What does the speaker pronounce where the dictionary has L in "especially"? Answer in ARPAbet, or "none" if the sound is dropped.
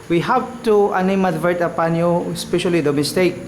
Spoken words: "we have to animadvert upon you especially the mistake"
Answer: L